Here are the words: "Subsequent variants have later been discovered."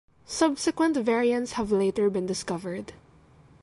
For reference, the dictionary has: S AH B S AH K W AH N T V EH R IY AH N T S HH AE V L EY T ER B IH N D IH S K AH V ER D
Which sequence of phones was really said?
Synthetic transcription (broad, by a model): S AH B S AH K W AH N T V EH R IY AH N T S HH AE V L EY T ER B IH N D IH S K AH V ER D